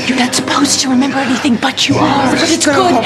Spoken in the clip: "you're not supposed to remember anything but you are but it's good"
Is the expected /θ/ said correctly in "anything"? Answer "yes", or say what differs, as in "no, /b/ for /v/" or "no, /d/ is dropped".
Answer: yes